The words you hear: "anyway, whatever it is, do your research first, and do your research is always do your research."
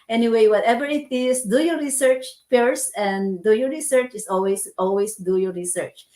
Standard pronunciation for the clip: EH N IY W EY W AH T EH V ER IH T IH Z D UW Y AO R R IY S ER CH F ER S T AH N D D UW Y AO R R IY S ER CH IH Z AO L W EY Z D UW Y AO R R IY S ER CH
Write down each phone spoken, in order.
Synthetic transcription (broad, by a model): EH N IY W EY W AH T EH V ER IH T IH S D UW Y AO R R IY S ER CH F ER S AH N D D UW Y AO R R IY S ER CH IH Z AO L W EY S D UW Y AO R R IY S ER CH